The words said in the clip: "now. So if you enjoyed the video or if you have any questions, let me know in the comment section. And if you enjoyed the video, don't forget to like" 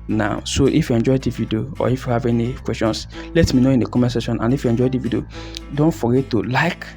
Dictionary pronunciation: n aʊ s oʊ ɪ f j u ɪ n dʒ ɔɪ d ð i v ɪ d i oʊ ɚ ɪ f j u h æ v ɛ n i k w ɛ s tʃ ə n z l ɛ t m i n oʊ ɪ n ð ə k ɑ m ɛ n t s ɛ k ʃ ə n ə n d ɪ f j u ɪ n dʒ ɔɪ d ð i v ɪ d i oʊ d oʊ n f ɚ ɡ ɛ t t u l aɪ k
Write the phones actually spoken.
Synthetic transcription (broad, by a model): n aʊ s oʊ ɪ f j u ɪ n dʒ ɔɪ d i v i d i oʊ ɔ ɪ f j u h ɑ v ɛ n i k w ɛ s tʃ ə n s l ɛ t m i n oʊ ɪ n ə k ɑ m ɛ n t s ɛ ʃ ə n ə n ɪ f j u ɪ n dʒ ɔɪ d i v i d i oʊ d oʊ n f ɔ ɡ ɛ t t u l aɪ k